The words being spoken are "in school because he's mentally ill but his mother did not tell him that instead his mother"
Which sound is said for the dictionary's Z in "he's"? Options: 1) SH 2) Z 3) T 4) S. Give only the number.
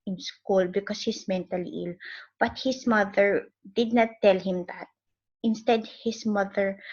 4